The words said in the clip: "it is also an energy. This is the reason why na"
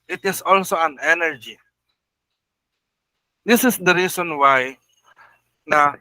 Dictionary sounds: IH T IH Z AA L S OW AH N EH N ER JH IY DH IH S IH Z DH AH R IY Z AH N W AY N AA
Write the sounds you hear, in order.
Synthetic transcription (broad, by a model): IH T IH S AA L S OW AH N EH N ER JH IY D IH S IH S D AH R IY S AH N W AY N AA